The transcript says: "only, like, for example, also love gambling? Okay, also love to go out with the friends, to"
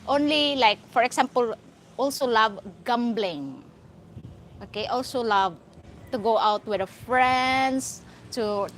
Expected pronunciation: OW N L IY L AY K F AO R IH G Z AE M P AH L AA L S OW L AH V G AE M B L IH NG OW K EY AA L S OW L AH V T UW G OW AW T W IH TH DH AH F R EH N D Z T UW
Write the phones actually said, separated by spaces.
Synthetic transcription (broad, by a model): OW N L IY L AY K F AO R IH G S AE M P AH L AA L S OW L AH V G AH M B L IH NG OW K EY AA L S OW L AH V T UW G OW AW T W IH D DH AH F R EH N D S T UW